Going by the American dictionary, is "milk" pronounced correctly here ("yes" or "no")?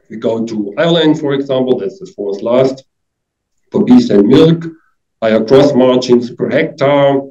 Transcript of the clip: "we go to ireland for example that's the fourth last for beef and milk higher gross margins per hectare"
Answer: yes